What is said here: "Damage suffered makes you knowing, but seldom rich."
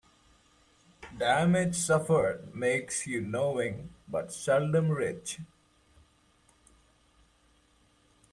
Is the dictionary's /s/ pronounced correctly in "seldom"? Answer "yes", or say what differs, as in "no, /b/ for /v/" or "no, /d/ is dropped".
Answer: yes